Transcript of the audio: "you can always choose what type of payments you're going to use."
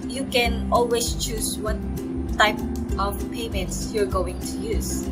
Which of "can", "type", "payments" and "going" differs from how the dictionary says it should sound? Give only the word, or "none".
none